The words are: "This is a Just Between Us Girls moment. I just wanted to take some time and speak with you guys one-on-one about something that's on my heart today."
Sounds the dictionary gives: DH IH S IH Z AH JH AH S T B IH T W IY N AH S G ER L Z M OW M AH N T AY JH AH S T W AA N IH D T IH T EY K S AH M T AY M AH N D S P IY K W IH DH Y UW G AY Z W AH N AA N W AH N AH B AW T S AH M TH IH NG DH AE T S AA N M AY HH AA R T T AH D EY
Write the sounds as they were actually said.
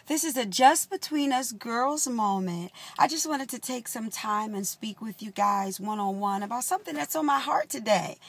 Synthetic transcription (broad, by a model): DH IH S IH Z AH JH AH S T B IH T W IY N AH S G ER L Z M OW M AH N T AY JH AH S T W AA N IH D T IH T EY K S AH M T AY M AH N S P IY K W IH DH Y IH G AY Z W AH N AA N W AH N AH B AW T S AH M TH IH NG DH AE T S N M AY HH AA R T T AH D EY